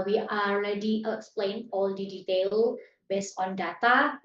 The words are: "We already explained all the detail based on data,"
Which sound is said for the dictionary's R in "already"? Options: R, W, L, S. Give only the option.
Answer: L